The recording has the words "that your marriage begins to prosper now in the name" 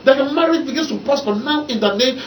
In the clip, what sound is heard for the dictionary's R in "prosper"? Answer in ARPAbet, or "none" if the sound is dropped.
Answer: none